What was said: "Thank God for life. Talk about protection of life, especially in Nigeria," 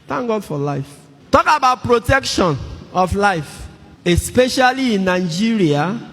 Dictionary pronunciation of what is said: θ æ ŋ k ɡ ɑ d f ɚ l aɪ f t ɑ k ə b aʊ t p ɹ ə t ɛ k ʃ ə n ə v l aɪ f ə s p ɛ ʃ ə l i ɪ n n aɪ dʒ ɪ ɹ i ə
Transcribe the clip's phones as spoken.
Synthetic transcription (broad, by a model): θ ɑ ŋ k ɡ ɑ d f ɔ l aɪ f t ɑ k ə b aʊ t p ɹ ə t ɛ k ʃ ə n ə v l aɪ f ə s p ɛ ʃ ə l i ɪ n n aɪ dʒ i ɹ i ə